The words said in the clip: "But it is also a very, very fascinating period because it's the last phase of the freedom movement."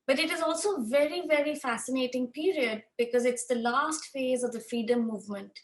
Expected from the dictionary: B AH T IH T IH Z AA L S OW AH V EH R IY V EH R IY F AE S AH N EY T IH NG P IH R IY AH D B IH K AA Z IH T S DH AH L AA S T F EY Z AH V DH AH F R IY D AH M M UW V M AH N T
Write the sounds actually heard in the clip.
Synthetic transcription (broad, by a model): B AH T IH T IH Z AA L S OW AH V EH R IY V EH R IY F AE S AH N EY T IH NG P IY R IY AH D B IH K AA Z IH T S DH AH L AA S T F EY Z AH V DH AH F R IY D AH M M UW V M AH N T